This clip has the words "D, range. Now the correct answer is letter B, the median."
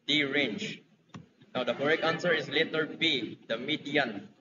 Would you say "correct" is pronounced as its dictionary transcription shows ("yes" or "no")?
no